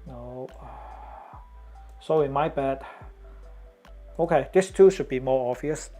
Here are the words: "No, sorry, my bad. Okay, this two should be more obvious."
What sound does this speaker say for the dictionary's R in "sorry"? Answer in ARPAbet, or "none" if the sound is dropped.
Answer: none